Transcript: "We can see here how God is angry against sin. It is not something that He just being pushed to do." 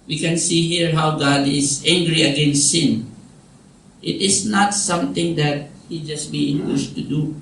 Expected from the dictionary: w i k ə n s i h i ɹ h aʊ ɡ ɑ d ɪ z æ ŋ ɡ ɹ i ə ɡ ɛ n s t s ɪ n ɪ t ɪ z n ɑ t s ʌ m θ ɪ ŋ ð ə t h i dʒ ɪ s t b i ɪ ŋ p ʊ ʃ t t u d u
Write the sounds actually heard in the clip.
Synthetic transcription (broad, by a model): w i k ə n s i h i ɹ h aʊ ɡ ɑ d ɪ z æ ŋ ɡ ɹ i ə ɡ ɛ n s s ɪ n ɪ t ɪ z n ɑ t s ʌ m t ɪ ŋ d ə t h i dʒ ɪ s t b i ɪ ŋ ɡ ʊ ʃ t t u d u